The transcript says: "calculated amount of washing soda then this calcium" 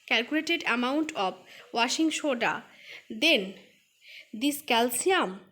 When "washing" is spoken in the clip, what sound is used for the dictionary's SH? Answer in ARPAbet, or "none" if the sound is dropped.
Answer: SH